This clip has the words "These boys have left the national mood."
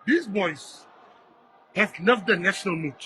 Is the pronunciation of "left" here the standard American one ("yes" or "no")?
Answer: no